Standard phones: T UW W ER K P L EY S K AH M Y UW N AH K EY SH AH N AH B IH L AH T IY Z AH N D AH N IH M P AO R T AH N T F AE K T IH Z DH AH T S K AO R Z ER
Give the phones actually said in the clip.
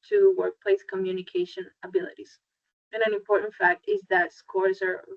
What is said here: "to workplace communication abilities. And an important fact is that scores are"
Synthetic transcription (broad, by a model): T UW W ER K P L EY S K AH M Y UW N AH K EY SH AH N AH B IH L AH T IY Z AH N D AH N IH M P AO R T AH N T F AE K T IH Z DH AH T S K AO R Z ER